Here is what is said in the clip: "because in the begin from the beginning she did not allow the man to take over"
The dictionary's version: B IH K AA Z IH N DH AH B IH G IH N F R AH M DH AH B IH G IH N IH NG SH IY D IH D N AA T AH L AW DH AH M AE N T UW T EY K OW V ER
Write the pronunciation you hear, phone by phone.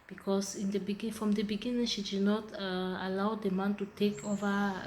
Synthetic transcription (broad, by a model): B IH K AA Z IH N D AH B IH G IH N F R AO M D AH B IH G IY N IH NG SH IY D IH D N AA T AH L AW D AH M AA N T UW T EY K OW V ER